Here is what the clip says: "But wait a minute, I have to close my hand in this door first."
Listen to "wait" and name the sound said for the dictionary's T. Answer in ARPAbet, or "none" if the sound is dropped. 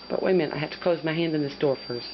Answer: none